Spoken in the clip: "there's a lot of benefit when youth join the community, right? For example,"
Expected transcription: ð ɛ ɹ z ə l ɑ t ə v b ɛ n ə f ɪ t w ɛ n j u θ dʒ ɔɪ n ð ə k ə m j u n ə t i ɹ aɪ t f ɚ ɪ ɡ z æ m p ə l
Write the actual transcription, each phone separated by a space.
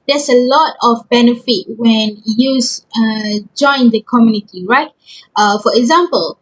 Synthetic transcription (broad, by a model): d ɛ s ə l ɑ t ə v b ɛ n ə f ɪ t w ɛ n j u s dʒ ɔɪ n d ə k ə m j u n ə t i ɹ aɪ t f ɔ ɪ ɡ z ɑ m p ə l